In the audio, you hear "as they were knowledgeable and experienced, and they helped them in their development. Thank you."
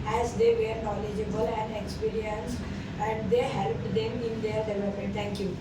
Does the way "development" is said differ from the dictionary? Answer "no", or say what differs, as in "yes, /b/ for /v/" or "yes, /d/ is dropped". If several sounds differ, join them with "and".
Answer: yes, /m/ is dropped